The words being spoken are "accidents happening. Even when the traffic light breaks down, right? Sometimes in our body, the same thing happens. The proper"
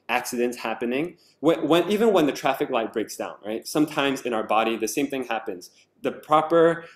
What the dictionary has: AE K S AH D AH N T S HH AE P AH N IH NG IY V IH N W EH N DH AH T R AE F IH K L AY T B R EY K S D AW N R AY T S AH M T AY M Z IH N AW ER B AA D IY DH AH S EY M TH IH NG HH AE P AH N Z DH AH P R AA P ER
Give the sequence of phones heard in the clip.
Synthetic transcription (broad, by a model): AE K S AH D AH N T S HH AE P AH N IH NG IY V IH N W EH N DH AH T R AE F IH K L AY T B R EY K S D AW N R AY T S AH M T AY M Z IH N AW ER B AA D IY DH AH S EY M TH IH NG HH AE P AH N Z DH AH P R AA P ER